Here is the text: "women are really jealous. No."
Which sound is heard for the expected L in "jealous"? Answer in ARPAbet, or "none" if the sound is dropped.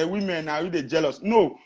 L